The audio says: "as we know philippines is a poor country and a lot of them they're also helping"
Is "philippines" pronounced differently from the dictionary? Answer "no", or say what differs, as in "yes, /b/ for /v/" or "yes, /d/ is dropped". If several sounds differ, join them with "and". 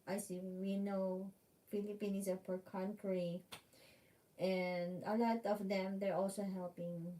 yes, /z/ is dropped